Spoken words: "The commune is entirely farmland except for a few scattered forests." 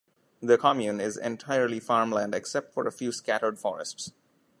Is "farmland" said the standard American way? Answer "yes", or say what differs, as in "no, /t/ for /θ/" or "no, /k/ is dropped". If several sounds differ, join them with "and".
yes